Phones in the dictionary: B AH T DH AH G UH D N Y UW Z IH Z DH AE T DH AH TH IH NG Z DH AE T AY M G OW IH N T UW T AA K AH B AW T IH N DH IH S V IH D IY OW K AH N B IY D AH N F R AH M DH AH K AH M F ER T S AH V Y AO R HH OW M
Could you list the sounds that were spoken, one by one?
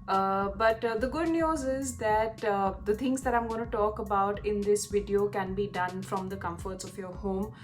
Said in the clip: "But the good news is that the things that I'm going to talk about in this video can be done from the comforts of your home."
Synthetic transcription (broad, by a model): B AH T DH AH G UH D N Y UW Z IH Z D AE T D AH T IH NG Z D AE T AY M G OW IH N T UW T AA K AH B AW T IH N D IH S V IH D IY OW K AH N B IY D AH N F R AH M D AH K AH M F ER T S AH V Y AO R HH OW M